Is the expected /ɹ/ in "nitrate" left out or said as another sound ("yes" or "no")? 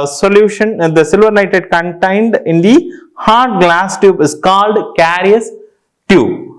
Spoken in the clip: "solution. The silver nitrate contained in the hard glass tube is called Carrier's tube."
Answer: yes